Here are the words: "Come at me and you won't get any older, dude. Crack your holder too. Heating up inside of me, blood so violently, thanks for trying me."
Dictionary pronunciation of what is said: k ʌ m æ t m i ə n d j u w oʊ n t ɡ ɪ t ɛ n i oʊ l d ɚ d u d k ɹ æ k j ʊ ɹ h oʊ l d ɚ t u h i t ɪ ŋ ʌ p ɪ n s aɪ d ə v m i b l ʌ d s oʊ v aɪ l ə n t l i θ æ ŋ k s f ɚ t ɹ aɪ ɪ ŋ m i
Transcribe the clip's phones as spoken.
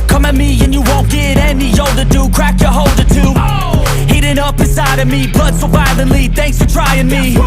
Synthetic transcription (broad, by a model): k ʌ m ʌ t m i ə n j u w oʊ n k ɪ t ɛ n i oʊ l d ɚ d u k ɹ æ k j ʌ ɹ h oʊ l d ɚ t u h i t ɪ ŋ ʌ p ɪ s aɪ d ə v m i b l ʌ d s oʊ b aɪ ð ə l i θ æ ŋ k s f ɚ t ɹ aɪ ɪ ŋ m i